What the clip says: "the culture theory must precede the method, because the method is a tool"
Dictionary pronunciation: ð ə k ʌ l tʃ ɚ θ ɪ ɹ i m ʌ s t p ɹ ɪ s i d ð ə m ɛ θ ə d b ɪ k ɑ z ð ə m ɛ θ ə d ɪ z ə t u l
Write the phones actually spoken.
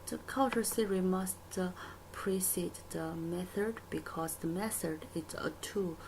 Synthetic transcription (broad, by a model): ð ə k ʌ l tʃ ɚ s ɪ ɹ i m ʌ s t p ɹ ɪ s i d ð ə m ɛ θ ə d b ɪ k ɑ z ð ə m ɛ θ ə d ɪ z ə t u